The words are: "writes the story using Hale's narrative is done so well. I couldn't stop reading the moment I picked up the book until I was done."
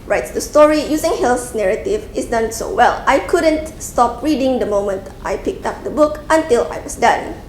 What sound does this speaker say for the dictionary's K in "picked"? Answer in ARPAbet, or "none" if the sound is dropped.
K